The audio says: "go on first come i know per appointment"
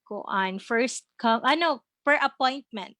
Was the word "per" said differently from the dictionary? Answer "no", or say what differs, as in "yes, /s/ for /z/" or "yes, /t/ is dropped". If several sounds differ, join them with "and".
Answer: yes, /f/ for /p/